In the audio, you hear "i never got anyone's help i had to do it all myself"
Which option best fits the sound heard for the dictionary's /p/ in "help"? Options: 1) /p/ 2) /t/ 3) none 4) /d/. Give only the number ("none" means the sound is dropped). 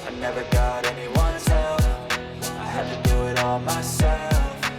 3